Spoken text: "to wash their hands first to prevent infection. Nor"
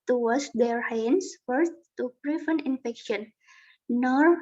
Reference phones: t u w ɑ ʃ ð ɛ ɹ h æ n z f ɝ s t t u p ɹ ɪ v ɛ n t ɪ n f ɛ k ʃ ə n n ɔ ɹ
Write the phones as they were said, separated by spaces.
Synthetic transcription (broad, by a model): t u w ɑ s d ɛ ɹ h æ n s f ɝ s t t u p ɹ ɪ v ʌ n ɪ n f ɛ k ʃ ə n n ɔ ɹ